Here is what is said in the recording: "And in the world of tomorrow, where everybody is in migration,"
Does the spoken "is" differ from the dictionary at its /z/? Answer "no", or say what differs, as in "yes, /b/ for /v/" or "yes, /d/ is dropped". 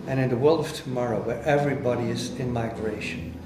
no